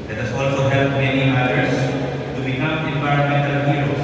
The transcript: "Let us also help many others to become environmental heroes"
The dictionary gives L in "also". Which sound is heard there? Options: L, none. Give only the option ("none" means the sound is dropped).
L